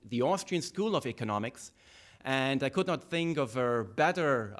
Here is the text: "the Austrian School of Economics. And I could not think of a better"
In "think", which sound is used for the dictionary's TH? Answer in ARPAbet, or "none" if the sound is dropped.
TH